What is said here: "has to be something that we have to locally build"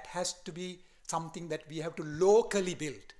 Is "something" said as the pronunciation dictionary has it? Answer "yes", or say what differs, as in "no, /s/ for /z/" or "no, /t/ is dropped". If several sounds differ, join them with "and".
no, /t/ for /θ/